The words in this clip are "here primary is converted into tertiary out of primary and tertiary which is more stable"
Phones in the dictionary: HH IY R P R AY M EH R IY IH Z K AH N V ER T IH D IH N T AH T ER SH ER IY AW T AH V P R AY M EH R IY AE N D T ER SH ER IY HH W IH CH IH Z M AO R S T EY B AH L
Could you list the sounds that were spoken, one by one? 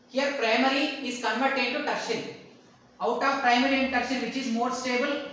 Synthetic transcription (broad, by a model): HH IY R P R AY M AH R IY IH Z K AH N V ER T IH D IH T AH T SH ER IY AW T AH V P R AY M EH R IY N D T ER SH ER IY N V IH CH IH Z M AO R S T EY B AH L